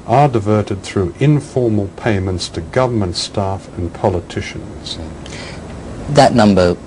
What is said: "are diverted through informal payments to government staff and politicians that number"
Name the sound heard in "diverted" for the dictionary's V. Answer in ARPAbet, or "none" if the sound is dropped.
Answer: V